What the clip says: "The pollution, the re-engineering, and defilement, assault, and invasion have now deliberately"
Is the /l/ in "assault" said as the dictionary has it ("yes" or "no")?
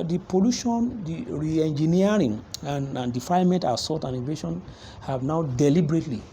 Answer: no